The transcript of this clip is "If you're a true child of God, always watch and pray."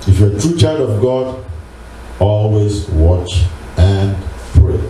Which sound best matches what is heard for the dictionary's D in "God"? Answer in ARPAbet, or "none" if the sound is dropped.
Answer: D